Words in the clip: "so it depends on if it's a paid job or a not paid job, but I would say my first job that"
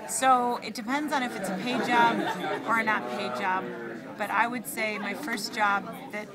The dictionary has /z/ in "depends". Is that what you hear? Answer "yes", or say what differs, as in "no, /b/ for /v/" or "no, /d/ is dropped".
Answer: yes